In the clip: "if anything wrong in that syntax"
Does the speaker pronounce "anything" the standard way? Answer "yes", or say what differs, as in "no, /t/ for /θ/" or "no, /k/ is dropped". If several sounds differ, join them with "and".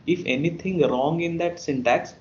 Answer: no, /t/ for /θ/